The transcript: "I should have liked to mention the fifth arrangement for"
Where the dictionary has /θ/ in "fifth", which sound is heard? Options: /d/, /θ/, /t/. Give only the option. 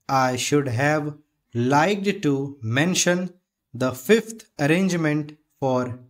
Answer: /t/